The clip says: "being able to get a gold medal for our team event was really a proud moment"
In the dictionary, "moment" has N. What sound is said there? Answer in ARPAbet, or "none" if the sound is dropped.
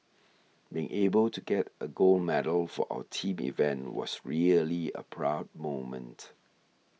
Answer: N